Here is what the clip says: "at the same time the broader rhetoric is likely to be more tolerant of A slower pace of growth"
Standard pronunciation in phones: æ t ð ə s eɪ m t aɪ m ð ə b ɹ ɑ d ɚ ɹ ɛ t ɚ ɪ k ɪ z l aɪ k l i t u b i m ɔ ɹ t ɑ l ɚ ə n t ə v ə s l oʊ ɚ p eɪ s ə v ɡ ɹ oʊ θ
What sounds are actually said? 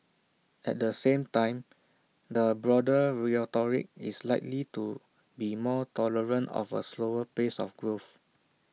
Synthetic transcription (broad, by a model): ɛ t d ə s eɪ m t aɪ m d ə b ɹ ɑ d ɚ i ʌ t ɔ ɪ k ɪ s l aɪ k l i t u b i m ɔ t ɑ l ɚ ə n t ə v ə s l oʊ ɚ p eɪ s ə f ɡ ɹ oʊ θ